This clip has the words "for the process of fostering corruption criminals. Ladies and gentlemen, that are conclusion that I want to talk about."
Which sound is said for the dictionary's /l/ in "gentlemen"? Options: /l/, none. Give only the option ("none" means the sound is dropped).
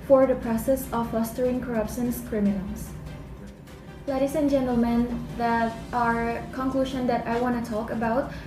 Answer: /l/